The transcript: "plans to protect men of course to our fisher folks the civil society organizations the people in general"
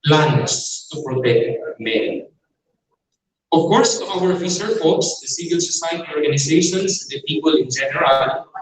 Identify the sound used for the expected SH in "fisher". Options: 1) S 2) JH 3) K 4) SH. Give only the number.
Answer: 1